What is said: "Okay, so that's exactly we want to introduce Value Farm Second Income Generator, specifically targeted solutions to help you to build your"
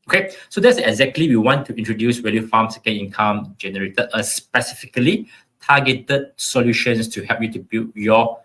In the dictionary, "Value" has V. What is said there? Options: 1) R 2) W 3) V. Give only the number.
2